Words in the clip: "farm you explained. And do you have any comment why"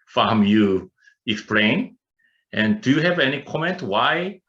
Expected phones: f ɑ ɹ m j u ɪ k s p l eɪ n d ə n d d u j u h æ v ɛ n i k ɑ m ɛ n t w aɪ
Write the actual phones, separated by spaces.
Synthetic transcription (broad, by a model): f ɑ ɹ m j u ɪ k s p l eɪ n ə n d d u j u h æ v ɛ n i k ɑ m ɛ n t w aɪ